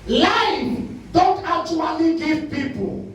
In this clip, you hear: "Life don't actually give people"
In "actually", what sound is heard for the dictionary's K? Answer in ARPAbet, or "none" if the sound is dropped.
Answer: none